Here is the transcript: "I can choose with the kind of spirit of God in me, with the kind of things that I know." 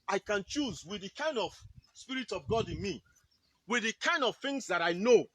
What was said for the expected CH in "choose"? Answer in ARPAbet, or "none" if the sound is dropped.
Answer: CH